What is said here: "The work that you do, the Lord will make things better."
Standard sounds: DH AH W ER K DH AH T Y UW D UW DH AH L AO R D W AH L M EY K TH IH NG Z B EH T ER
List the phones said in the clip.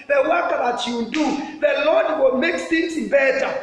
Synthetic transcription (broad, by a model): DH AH W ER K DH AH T Y UW D UW DH AH L AO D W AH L M EY K S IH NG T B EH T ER